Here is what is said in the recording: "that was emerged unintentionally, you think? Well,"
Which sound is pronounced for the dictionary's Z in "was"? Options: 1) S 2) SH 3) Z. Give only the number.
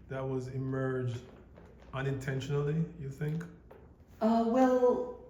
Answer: 3